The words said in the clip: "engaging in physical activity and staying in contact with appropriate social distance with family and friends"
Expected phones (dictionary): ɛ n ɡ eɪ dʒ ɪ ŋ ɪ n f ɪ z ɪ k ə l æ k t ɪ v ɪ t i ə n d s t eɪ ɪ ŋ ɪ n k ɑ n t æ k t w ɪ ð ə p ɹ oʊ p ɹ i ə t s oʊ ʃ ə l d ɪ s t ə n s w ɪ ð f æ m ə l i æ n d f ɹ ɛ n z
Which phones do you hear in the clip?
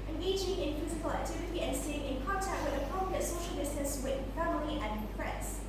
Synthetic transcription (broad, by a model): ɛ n ɡ eɪ dʒ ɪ ŋ ɪ n f ɪ z ɪ k ə l æ k t ɪ v ɪ t i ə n s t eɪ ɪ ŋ ɪ n k ɑ n t æ k t w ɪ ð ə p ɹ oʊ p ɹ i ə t s oʊ ʃ ə l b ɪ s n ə s w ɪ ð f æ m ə l i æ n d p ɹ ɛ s